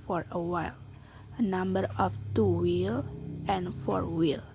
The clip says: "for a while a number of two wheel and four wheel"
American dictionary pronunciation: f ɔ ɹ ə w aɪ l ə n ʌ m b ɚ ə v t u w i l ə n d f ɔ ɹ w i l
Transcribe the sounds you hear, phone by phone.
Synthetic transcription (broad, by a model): f ɔ ɹ ə w aɪ l ə n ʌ m b ɚ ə f t u w i l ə n f ɔ ɹ w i l